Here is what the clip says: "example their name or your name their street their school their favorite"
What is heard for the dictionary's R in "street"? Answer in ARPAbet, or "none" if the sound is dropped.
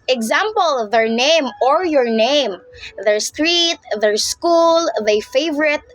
R